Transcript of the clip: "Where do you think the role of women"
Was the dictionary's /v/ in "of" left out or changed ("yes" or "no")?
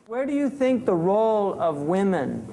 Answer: no